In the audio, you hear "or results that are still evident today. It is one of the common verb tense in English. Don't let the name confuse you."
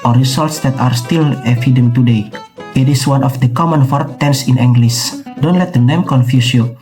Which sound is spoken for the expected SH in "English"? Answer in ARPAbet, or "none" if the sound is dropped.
S